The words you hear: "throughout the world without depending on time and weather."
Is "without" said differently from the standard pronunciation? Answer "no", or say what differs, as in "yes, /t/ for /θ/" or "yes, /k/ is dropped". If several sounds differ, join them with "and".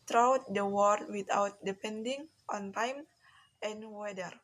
yes, /t/ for /θ/